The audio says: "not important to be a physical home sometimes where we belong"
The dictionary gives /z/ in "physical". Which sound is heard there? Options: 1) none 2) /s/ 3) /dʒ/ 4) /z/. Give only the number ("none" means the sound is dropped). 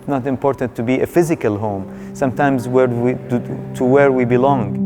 4